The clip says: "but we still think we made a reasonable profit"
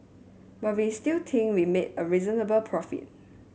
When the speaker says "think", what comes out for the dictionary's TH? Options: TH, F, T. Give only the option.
T